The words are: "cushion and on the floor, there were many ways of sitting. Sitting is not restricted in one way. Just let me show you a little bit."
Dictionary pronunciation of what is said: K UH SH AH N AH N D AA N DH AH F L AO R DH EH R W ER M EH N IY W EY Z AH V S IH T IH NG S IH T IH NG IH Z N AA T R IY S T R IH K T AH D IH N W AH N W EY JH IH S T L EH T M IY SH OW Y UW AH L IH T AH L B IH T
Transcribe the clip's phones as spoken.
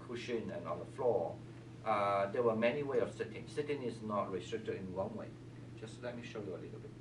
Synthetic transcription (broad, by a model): K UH SH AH N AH N AA N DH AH F L AO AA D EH W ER M EH N IY W EY AH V S IH T IH NG S IH T IH NG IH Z N AA T R IY S T R IH K T AH D IH N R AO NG W EY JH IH S L EH T M IY SH OW Y UW AH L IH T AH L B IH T